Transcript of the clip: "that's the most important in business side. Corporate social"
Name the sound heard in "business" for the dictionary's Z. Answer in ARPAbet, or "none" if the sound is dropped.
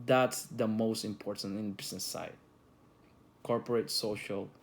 S